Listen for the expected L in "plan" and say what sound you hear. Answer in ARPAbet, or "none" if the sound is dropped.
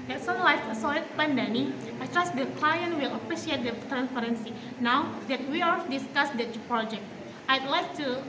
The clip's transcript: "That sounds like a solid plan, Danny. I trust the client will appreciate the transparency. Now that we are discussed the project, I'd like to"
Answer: none